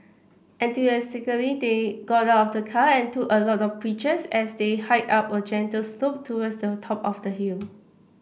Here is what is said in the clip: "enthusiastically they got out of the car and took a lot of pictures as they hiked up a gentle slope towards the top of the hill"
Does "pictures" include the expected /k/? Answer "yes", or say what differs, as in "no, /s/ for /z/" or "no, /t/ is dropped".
no, /k/ is dropped